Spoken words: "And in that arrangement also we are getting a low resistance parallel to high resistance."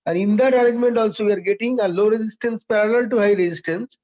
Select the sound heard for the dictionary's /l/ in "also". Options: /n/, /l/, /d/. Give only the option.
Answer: /l/